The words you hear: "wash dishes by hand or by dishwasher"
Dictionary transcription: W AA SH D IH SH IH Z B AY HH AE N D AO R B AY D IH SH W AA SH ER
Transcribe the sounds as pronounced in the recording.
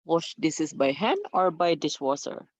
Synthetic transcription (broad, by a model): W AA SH D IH S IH S B AY HH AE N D AO R B AY D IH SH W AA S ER